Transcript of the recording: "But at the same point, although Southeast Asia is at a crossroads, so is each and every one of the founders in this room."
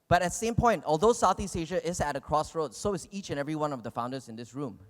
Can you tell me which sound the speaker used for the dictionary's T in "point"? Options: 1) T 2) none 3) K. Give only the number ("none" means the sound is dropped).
1